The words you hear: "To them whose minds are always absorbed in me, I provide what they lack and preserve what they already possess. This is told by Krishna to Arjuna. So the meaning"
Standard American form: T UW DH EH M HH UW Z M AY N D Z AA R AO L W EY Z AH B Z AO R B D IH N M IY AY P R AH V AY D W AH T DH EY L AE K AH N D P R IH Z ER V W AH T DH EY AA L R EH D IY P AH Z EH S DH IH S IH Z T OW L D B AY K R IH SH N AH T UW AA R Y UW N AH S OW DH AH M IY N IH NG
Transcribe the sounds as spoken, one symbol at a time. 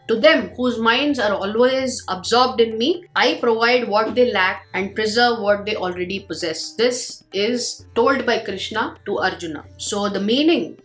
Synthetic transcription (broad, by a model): T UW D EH M HH UW Z M AY N D Z AA R AO L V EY Z AH B Z AO R B D IH N M IY AY P R AH V AY D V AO T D EY L AE K AH N D P R IH Z ER V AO T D EY AA L R EH D IY P AH Z EH S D IH S IH Z T OW L D B AY K R IH SH N AH T UW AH R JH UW N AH S OW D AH M IY N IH NG